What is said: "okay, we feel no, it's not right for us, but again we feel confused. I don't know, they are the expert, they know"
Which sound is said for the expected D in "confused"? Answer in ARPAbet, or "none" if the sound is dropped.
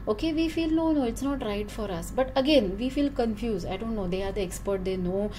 none